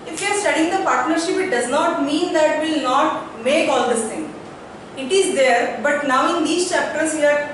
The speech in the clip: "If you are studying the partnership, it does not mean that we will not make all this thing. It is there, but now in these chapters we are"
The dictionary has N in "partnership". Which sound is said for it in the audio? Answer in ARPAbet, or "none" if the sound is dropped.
N